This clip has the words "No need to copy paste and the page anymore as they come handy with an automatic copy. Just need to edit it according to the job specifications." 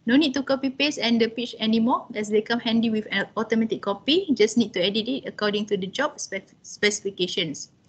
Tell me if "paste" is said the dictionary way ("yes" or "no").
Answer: no